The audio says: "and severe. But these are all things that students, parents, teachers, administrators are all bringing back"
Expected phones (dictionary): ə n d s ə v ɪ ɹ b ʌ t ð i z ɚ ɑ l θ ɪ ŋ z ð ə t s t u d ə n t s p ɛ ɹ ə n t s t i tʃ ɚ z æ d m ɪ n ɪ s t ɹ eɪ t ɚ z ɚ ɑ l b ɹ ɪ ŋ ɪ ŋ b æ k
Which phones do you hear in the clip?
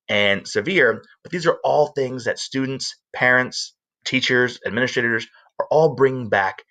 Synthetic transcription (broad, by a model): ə n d s ə v ɪ ɹ b ʌ t ð i z ɚ ɑ l θ ɪ ŋ z ð ə t s t u d n t s p ɛ ɹ ə n t s t i tʃ ɚ z æ d m ɪ n ɪ s t ɹ eɪ t ɚ z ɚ ɑ l b ɹ ɪ ŋ ɪ ŋ b æ k